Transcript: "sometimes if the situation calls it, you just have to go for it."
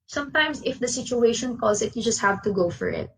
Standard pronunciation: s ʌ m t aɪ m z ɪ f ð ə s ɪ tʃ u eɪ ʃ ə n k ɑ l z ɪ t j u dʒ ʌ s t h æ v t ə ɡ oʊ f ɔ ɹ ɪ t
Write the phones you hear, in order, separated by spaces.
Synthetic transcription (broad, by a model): s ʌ m t aɪ m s ɪ f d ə s ɪ tʃ u eɪ ʃ ə n k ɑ z ɪ t j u dʒ ʌ s t h æ v t ə ɡ oʊ f ɔ ɹ ɪ t